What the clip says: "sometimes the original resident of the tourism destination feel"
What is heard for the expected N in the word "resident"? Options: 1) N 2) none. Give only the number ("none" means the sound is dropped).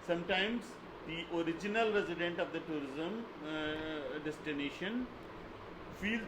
1